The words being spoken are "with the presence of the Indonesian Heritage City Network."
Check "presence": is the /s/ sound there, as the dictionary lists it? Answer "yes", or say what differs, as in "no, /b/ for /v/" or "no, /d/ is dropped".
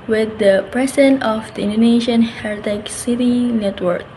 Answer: no, /s/ is dropped